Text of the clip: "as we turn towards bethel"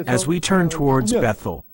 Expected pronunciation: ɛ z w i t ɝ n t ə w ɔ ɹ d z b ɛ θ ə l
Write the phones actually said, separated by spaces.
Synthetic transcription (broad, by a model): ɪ z w i t ɝ n t ə w ɔ ɹ d z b ɛ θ l